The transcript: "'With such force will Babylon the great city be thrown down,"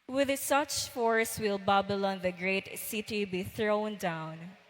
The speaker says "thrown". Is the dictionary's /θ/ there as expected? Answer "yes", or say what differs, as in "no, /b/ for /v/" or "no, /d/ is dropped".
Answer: yes